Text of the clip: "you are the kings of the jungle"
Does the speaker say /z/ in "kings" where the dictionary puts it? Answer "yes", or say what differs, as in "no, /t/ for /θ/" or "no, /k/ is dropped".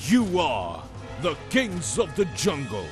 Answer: yes